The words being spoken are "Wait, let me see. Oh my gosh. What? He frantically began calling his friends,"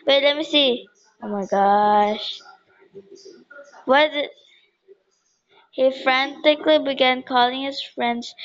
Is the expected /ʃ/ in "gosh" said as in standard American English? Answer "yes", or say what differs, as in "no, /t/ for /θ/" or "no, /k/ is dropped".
yes